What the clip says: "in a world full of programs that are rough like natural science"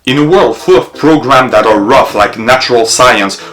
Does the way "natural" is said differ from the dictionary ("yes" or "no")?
no